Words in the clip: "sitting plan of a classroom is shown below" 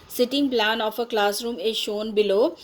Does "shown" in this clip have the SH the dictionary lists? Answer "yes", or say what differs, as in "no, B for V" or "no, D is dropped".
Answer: yes